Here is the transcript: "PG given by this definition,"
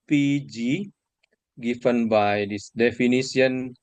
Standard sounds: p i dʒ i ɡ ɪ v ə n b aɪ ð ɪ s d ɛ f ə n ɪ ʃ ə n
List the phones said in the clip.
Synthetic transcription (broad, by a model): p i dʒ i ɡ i f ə n b aɪ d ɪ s d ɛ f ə n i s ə n